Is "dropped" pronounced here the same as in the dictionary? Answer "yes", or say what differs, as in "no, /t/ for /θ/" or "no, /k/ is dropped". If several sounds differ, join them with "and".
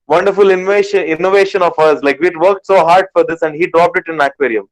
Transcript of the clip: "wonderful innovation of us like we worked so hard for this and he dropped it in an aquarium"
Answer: yes